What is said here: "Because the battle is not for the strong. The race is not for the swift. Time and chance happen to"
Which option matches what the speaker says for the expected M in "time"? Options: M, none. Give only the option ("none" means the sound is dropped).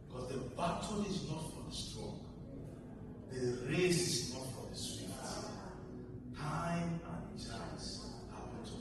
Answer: none